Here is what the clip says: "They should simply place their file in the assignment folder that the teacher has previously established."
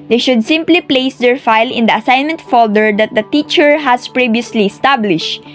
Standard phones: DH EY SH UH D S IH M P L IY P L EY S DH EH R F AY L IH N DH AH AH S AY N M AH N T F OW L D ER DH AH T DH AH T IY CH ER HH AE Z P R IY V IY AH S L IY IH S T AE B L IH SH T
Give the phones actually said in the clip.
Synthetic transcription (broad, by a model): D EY SH UH D S IH M P L IY P L EY S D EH R F AY L IH N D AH AH S AY N M AH N T F OW L D ER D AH T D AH T IY CH ER HH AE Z P R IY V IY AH S L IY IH S T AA B L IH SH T